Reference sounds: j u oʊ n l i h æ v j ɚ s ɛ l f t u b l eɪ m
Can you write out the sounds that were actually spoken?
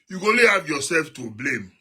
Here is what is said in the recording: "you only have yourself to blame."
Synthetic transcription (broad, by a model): j u oʊ l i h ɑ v j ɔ s ɛ l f t u b l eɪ m